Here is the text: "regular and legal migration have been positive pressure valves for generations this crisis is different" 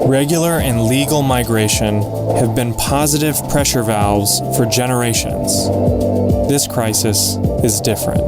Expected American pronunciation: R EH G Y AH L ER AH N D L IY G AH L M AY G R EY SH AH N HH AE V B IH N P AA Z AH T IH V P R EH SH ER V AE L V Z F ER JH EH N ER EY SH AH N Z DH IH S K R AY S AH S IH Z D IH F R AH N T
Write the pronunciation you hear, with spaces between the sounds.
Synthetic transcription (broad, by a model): R EH G Y L ER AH N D L IY G L M AY G R EY SH AH N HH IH V B IH N P AA Z AH T IH V P R EH SH ER V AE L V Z F ER JH EH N ER EY SH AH N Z DH IH S K R AY S AH S IH Z D IH F R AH N T